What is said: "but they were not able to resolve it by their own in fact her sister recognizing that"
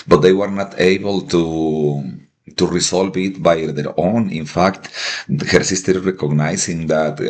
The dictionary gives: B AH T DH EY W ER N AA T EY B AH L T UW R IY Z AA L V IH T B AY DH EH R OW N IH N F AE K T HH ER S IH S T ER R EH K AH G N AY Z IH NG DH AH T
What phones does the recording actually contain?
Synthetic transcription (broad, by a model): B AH T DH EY W ER N AA T EY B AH L T UW R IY S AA L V IH T B AY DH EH R OW N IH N F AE K T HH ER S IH S T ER R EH K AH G N AY S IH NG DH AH T